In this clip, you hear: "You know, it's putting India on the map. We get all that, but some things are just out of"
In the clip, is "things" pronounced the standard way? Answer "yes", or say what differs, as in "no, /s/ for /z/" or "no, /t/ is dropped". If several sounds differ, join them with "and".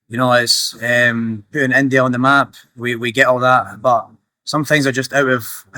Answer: yes